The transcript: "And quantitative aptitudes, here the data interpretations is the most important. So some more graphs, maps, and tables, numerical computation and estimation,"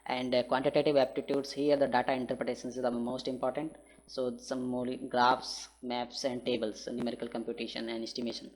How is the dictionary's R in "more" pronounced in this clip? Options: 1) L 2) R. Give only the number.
1